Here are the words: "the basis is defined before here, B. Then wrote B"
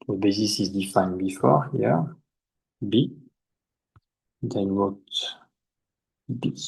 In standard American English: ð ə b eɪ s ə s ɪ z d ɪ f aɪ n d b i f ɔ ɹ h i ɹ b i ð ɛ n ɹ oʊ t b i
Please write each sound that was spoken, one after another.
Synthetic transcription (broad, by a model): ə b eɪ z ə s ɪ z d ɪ f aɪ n b i f ɔ ɹ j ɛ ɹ b i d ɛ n w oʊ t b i